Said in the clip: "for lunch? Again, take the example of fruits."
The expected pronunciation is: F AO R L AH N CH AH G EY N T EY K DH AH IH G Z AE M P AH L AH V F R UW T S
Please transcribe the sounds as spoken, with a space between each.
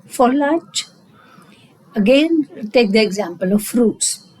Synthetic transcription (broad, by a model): F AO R L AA CH AH G EY N T EY K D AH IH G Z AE M P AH L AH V F R UW T S